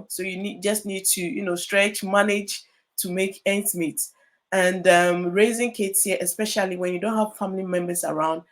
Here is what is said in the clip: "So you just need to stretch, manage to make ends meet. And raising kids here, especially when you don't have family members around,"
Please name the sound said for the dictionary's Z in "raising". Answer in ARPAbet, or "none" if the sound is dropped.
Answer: Z